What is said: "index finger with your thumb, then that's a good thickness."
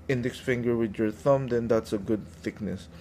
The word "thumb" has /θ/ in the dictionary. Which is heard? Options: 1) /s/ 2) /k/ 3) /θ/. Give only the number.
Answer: 3